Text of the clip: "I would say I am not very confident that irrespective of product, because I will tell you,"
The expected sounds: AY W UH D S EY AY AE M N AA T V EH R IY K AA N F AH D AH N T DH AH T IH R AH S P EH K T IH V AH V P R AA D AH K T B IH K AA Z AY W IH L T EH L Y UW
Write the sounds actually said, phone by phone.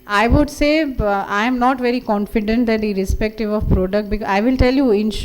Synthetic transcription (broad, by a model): AY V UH D S EY AY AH M N AA T V EH R IY K AA N F AH D AH N T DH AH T IH R AH S P EH K T IH V AH V P R AA D AH K T B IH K AA IH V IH L T EH L Y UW